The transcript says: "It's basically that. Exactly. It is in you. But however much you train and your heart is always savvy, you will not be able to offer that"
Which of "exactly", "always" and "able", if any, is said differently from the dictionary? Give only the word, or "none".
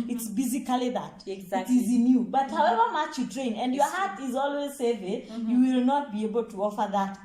exactly